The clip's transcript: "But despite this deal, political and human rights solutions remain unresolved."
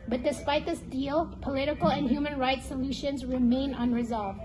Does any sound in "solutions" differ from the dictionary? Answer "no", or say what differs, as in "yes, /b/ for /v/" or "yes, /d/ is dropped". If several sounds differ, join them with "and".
no